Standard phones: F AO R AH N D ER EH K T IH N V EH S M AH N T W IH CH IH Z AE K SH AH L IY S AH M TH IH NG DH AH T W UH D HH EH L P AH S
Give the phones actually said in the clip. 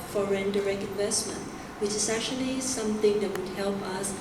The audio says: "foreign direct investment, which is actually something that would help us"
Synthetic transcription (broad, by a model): F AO R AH N D ER EH K T IH N V EH S M AH N T W IH CH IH S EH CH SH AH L IY S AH M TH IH NG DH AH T W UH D HH EH L P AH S